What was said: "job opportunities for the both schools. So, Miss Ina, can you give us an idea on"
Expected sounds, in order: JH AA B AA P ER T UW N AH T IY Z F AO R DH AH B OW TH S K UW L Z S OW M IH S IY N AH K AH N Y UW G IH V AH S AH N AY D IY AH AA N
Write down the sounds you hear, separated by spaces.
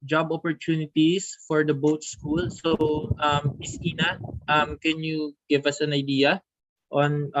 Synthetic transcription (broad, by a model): JH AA B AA P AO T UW N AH T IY S F AO R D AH B OW T S K UW L S OW M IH S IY N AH K AH N Y UW G IH V AH S AH N AY D IY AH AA N